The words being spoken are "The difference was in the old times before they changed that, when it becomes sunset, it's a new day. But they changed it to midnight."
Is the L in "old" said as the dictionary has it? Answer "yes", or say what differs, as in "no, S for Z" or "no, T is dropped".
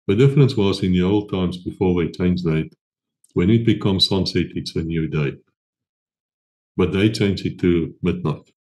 yes